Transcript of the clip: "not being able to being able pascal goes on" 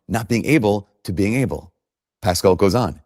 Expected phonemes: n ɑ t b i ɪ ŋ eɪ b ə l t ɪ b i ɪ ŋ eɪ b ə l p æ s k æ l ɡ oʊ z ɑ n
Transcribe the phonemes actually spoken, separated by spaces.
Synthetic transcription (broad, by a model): n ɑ t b i ɪ ŋ eɪ b l t ɪ b i ɪ ŋ eɪ b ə l p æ s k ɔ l ɡ oʊ z n